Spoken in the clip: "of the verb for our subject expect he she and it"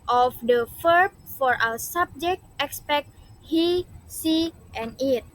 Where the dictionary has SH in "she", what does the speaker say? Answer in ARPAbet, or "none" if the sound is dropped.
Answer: S